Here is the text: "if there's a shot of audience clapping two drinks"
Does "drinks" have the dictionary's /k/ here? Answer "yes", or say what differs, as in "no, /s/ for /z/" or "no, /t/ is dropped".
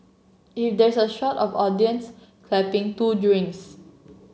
no, /k/ is dropped